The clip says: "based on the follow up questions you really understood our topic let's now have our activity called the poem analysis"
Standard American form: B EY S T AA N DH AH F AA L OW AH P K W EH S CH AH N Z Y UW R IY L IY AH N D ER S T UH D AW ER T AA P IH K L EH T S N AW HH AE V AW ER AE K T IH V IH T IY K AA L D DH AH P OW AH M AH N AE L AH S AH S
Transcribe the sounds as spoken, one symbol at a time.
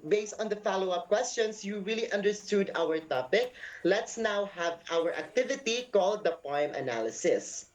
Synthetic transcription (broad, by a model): B EY S T AA N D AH F AA L OW AH P K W EH S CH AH N S Y UW R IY L IY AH N D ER S T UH D AW ER T AA P IH K L EH T S N AW HH AE V AW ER AE K T IH V IH T IY K AA L D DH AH P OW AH M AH N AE L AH S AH S